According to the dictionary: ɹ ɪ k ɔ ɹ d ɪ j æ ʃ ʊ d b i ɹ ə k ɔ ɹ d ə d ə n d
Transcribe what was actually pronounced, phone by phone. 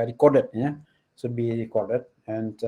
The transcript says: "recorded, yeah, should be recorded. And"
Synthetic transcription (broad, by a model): ɹ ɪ k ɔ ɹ d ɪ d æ s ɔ b i ɹ ə k ɔ ɹ d ə d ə n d